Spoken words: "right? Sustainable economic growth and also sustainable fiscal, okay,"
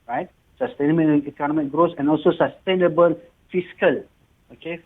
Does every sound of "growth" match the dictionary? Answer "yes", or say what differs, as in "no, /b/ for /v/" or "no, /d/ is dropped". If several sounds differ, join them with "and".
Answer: no, /s/ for /θ/